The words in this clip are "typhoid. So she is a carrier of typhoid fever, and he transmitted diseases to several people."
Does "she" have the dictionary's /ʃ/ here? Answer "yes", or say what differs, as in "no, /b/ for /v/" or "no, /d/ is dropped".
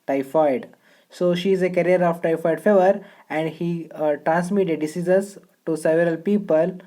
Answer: yes